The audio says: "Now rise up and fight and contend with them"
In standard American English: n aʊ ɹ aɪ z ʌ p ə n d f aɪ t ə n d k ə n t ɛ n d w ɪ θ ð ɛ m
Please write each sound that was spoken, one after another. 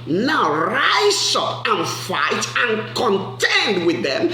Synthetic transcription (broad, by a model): n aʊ ɹ aɪ s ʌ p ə n f aɪ t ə n k ə n t ɛ n d w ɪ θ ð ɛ m